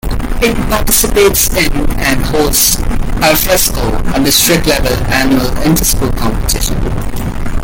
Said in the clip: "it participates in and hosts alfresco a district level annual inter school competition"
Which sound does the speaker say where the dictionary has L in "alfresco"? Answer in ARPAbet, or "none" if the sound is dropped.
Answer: none